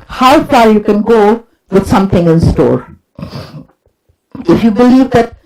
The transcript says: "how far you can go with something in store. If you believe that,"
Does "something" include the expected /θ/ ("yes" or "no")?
no